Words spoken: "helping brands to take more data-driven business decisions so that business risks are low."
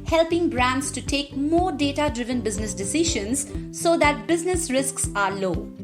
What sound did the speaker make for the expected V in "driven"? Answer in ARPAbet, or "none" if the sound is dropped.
V